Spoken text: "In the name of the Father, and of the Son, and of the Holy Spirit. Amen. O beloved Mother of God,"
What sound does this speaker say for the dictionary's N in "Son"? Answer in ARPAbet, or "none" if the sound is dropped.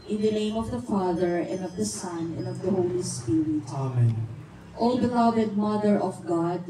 N